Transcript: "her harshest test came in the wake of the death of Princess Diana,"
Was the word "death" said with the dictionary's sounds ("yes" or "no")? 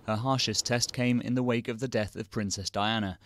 yes